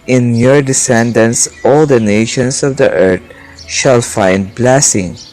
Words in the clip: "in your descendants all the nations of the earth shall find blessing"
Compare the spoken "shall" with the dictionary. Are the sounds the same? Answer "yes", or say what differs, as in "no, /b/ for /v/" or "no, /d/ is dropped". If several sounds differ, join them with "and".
yes